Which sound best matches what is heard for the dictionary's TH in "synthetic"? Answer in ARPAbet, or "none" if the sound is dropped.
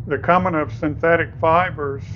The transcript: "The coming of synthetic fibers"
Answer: TH